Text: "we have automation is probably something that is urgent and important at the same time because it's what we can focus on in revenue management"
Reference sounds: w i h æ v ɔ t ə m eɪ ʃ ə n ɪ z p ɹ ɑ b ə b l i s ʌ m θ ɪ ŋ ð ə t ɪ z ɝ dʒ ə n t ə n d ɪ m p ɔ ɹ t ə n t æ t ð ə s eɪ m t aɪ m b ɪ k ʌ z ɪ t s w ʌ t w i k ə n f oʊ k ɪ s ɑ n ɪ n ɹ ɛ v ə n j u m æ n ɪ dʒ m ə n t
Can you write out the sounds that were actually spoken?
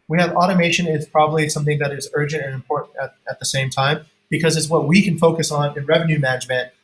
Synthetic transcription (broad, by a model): w i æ v ɔ t ə m eɪ ʃ ə n ɪ z p ɹ ɑ b ə b l i s ʌ m θ ɪ ŋ ð ə t ɪ z ɝ dʒ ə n t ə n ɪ m p ɔ ɹ t n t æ t ð ə s eɪ m t aɪ m b ɪ k ʌ z ɪ t s w ʌ t w i k ə n f oʊ k ɪ s n ɪ n ɹ ɛ v ə n j u m æ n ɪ dʒ m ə n t